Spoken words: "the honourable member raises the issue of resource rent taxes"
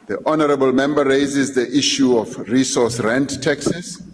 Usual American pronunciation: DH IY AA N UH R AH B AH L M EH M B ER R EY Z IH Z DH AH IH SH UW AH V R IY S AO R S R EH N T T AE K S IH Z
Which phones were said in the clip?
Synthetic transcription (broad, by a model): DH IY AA N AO R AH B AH L M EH M B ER R EY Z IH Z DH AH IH SH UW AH F R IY S AO S R EH N T T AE K S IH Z